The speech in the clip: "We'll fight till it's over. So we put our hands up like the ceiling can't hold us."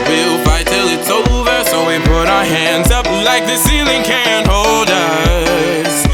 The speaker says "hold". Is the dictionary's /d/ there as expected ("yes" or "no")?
yes